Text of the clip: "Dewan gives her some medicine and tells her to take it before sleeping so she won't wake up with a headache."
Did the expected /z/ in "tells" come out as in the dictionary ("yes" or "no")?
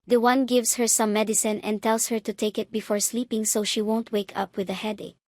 no